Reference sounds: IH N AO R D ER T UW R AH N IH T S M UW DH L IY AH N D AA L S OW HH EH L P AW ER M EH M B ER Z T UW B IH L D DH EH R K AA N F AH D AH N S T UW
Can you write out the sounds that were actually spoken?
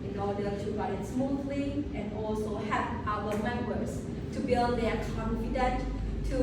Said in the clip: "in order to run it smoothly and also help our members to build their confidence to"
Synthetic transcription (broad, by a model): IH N AO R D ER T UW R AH IH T S M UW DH L IY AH N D AA L S OW HH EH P AW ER M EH M B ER S T UW B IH L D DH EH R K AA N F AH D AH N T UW